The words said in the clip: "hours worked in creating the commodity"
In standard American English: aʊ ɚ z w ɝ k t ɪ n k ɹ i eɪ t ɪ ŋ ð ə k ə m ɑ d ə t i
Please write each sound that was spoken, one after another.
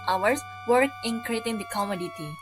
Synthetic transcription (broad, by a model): aʊ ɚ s w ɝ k ɪ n k ɹ i eɪ t ɪ ŋ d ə k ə m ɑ d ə t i